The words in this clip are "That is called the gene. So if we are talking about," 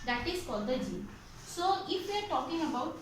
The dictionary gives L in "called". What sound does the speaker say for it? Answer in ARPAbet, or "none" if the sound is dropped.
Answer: none